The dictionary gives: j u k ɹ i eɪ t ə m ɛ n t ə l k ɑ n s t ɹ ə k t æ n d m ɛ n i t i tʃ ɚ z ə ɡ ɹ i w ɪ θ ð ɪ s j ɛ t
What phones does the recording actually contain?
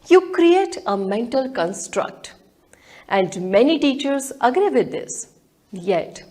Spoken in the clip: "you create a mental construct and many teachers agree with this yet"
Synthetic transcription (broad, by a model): j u k ɹ i eɪ t ə m ɛ n t ə l k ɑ n s t ɹ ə k t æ n d m ɛ n i t i tʃ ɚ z ə ɡ ɹ i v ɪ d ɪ s j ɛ t